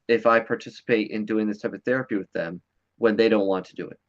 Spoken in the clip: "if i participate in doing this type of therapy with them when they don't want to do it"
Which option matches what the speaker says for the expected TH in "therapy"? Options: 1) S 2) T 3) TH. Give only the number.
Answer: 3